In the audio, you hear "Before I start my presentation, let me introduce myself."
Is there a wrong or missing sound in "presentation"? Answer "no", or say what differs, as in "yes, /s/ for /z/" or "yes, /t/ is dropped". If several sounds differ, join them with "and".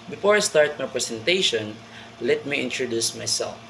yes, /s/ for /z/